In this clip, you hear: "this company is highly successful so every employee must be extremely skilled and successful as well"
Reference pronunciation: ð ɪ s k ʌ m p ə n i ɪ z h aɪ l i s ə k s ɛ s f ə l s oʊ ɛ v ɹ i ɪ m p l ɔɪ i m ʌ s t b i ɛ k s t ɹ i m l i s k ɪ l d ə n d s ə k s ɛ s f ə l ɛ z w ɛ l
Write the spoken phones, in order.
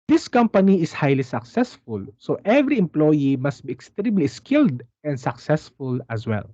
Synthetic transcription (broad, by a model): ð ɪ s k ʌ m p ə n i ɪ s h aɪ l i s ə k s ɛ s f ə l s oʊ ɛ v ɹ i ɪ m p l ɔɪ i m ʌ s t b i ɛ k s t ɹ i m l i s k ɪ l d ə n d s ə k s ɛ s f ə l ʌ s w ɛ l